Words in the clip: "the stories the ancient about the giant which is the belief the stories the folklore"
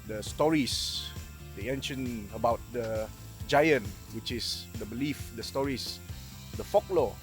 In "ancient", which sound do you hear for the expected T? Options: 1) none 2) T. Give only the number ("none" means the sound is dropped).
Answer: 1